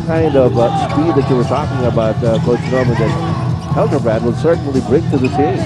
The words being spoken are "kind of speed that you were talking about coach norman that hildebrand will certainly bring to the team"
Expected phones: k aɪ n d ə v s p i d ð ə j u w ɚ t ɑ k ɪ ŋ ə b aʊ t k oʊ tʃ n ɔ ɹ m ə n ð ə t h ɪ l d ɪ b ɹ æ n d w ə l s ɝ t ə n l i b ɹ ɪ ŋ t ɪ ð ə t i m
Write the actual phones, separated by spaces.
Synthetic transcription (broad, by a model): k aɪ n d ə v s p i d ð ə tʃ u w ɚ t ɑ k ɪ ŋ ə b aʊ t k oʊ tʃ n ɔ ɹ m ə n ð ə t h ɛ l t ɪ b ɹ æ d w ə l s ɝ t n l i b ɹ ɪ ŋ t ɪ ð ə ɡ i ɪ